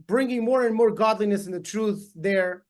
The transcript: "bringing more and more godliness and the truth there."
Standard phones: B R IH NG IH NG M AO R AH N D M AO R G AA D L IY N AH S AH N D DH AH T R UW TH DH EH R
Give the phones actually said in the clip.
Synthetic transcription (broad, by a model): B R IH NG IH NG M AO R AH N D M AO R G AA D L IY N AH S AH N DH AH T R UW TH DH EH R